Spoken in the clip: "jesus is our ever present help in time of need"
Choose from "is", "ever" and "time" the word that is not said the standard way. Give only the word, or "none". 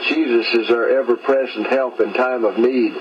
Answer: none